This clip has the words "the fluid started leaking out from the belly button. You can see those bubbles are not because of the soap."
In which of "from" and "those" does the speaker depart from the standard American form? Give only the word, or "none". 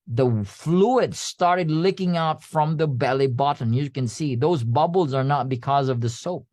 none